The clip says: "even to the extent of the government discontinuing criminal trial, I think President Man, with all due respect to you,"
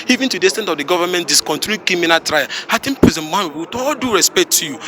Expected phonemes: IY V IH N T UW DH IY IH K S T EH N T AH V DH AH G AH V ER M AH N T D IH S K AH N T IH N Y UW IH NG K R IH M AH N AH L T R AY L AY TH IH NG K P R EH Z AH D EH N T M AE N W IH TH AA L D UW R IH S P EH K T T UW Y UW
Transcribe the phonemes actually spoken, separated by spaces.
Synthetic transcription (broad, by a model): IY V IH N T UW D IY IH S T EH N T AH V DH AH G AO V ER M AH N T D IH S K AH N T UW K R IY M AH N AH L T R AY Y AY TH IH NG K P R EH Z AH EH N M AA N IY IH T AA L D UW R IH S P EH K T T UW Y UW